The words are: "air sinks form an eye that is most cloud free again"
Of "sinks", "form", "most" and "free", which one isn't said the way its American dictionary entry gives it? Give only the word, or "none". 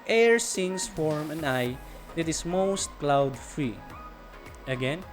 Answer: sinks